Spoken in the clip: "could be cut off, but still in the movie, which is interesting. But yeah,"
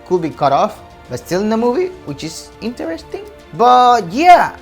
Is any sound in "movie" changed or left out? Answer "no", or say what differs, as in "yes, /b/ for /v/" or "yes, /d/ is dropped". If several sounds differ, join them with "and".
no